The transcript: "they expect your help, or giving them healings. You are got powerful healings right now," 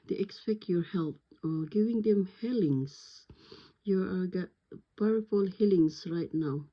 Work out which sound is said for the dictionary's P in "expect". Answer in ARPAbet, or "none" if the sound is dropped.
P